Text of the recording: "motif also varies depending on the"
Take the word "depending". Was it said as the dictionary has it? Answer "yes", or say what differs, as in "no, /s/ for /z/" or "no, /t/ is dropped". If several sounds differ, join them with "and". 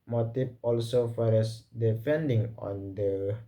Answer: no, /f/ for /p/